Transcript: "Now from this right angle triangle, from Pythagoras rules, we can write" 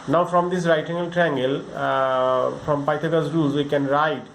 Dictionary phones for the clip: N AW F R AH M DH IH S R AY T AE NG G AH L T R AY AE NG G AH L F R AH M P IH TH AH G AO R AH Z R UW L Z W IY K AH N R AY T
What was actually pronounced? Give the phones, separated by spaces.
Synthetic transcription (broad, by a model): N AW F R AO M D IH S R AY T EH NG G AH L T R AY NG G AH L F R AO M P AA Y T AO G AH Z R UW Z W IY K AH N R AY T